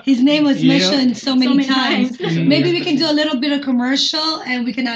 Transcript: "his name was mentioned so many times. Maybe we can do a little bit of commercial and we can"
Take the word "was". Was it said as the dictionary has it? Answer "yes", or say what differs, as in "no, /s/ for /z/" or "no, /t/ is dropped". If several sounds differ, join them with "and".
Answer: yes